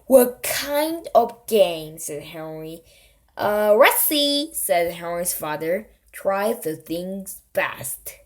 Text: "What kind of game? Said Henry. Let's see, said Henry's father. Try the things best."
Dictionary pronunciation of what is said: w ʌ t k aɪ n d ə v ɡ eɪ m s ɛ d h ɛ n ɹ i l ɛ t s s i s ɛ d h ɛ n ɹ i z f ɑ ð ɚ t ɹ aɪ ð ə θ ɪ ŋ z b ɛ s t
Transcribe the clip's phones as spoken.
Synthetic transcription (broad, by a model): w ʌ k aɪ n d ə v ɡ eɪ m s ɛ d h ɛ n ɹ i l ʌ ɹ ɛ s i s ɛ d h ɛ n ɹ i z f ɑ ð ɚ t ɹ aɪ ð ə θ ɪ ŋ z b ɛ s t